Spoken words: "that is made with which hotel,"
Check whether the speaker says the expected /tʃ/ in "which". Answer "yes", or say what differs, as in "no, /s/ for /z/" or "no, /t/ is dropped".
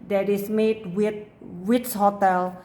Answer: no, /s/ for /tʃ/